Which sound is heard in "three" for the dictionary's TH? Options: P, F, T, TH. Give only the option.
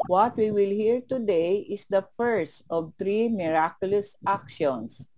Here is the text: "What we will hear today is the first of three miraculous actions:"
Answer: T